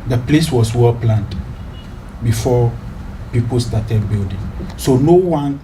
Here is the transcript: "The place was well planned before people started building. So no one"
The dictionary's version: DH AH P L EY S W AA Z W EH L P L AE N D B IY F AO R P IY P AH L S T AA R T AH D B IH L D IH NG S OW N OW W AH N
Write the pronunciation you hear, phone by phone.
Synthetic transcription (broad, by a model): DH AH P L EY S W AA S W EH L P L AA N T B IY F AO P IY P AH L S T AA T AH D B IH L D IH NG S OW N OW W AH N